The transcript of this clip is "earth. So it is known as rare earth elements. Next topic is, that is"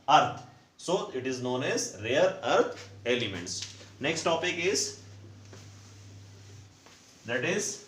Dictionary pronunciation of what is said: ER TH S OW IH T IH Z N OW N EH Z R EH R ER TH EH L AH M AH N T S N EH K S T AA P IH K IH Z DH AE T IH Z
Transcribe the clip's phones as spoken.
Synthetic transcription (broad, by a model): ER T S OW IH T IH Z N OW N EH Z R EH R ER T EH L AH M AH N T S N EH K S T AA P IH K IH Z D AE T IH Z